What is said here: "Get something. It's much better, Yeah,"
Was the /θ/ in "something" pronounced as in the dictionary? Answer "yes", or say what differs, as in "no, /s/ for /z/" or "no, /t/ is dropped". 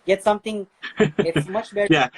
no, /t/ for /θ/